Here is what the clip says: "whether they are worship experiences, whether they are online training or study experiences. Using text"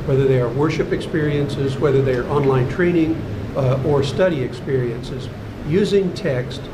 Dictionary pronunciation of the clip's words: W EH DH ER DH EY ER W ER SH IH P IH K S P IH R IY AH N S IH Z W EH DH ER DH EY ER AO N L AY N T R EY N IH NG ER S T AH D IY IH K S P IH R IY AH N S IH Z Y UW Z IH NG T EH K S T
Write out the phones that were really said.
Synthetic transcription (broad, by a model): W EH DH ER DH EY ER W ER SH IH P IH K S P IH R IY AH N S IH Z W EH DH ER DH EY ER AO N L AY N T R EY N IH NG ER S T AH D IY IH K S P IH R IY AH N S IH Z Y UW Z IH NG T EH K S T